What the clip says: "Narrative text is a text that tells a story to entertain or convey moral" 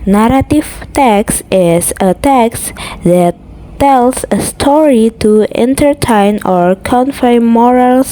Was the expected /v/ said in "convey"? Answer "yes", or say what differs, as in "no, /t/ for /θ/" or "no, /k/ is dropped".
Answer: no, /f/ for /v/